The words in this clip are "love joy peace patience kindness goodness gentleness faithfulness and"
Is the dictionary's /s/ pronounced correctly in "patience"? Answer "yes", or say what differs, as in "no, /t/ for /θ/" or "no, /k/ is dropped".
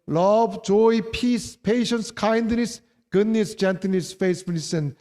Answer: yes